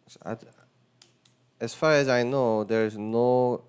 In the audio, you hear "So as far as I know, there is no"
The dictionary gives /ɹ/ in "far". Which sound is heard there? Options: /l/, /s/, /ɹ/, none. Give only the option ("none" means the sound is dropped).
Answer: /ɹ/